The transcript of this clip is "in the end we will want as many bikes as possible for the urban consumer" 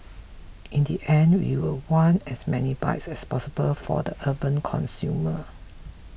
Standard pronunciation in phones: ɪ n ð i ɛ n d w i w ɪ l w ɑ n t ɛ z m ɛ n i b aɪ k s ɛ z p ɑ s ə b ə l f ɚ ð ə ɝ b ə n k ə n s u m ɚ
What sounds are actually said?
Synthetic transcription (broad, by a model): ɪ n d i ɛ n d w i w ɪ l w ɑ n ɛ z m ɛ n i b aɪ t s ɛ s p ɑ s ə b ə l f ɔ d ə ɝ b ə n k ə n s u m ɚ